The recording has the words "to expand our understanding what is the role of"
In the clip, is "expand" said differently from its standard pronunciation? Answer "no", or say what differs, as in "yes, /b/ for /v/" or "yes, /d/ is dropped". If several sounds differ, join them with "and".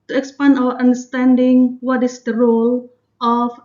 yes, /d/ is dropped